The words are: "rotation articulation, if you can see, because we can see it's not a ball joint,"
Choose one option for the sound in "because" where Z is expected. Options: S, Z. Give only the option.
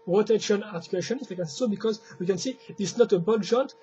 Z